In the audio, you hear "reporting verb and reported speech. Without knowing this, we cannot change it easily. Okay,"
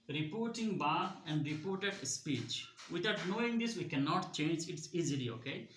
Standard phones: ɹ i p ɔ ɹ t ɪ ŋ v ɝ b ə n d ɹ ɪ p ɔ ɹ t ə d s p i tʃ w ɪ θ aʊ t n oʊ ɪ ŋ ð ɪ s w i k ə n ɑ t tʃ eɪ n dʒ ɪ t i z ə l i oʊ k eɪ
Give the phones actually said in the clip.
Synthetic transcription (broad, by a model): ɹ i p ɔ ɹ t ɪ ŋ b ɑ ə n d ɹ ɪ p ɔ ɹ t ə d s p i tʃ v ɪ t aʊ t n oʊ ɪ ŋ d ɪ s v i k ə n ɑ t tʃ eɪ n dʒ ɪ t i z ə l i oʊ k eɪ